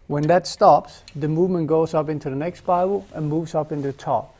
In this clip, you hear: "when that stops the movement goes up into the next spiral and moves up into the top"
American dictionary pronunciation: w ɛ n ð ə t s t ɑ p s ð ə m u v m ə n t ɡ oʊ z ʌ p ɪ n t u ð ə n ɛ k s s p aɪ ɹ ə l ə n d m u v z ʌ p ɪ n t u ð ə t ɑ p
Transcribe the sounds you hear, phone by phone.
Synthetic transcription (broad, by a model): w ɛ n ð ə t s t ɑ p s ð ə m u v m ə n ɡ oʊ z ʌ p ɪ n t u ð ə n ɛ k s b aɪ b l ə n m u v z ʌ p ɪ n t u ð ə t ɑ p